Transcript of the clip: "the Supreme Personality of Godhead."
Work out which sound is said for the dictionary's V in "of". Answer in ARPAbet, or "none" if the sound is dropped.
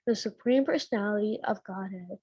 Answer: V